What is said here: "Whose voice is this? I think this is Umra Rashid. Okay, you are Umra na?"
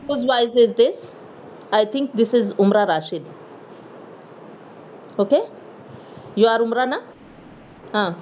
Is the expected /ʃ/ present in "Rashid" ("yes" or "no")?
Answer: yes